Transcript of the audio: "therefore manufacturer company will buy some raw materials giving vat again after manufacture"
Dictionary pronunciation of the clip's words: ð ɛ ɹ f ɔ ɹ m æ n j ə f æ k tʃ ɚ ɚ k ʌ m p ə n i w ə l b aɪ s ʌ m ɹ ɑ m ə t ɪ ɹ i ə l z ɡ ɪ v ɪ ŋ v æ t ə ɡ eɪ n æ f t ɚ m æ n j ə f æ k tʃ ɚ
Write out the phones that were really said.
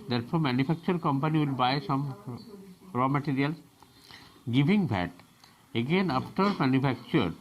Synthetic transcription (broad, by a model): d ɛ ɹ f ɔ ɹ m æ n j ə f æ k tʃ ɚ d k ʌ m p ə n i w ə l b aɪ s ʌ m ɹ ɑ m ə t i ɹ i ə l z ɡ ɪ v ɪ ŋ b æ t ə ɡ eɪ n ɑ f t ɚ m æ n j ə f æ k tʃ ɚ